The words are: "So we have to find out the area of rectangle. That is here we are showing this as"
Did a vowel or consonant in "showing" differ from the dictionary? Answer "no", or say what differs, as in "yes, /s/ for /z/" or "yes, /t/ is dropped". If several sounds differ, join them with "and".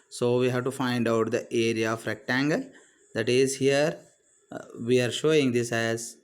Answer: no